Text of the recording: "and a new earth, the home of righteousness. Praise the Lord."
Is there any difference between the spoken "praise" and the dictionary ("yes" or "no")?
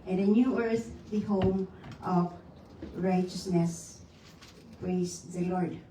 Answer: yes